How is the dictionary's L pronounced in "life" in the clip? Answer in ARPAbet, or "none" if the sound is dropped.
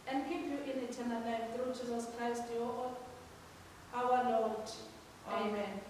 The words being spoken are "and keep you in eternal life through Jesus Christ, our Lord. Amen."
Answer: N